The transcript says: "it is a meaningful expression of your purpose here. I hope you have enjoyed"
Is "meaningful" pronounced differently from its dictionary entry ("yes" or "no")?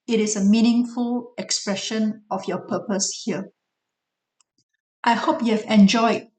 no